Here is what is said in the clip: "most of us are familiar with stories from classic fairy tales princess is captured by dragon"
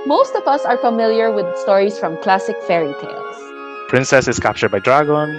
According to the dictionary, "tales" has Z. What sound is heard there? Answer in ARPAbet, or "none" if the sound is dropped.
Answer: S